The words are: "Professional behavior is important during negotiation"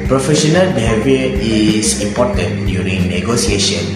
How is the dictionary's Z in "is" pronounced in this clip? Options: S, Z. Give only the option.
S